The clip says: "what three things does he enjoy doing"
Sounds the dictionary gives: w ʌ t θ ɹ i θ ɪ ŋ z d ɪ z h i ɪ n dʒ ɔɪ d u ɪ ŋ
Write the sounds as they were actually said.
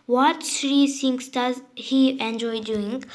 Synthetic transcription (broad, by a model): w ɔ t s ɹ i s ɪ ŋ s d ɪ z h i ɪ n dʒ ɔɪ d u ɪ ŋ